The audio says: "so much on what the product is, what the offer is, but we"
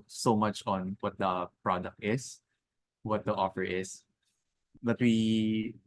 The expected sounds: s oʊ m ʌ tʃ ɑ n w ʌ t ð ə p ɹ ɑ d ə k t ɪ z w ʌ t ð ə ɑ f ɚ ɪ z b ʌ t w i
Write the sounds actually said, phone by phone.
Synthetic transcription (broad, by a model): s oʊ m ʌ tʃ ɑ n w ʌ t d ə p ɹ ɑ d ə k t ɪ s w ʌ t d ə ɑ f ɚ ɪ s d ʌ t w i